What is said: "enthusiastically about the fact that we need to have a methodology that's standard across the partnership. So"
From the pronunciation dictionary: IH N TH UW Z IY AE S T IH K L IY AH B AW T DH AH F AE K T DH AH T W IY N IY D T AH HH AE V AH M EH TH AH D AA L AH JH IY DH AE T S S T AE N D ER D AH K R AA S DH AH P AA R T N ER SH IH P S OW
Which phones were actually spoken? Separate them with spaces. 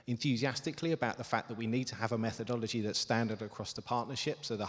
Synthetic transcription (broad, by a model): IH N TH UW Z IY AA S T IH K L IY AH B AW T DH AH F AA K DH AH T W IY N IY D T AH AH V AH M EH TH AH D AA L AH JH IY DH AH T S S T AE N D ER D AH K R AA S DH AH P AA T N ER SH IH P S OW